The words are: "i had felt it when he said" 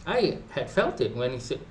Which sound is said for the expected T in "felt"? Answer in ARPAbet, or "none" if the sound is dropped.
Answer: T